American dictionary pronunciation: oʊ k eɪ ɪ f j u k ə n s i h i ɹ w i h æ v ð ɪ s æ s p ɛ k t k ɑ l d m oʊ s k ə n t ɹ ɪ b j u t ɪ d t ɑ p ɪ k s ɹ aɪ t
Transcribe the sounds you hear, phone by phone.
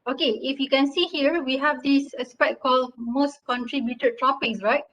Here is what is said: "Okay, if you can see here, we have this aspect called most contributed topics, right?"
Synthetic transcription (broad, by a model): oʊ k eɪ ɪ f j u k ə n s i h i ɹ w i h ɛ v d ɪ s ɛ s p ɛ t k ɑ l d m oʊ s k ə n t ɹ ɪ b j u t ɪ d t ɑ p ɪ k s ɹ aɪ t